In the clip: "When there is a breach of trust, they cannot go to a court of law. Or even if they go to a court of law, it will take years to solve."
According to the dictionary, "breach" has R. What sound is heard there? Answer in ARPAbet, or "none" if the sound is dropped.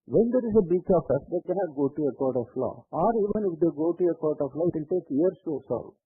none